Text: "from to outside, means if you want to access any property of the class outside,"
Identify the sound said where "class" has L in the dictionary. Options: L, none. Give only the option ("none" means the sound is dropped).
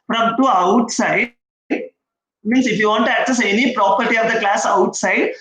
L